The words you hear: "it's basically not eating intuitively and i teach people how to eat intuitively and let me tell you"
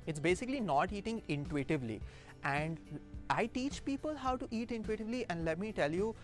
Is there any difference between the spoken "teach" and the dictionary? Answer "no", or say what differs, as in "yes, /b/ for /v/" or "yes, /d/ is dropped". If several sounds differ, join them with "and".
no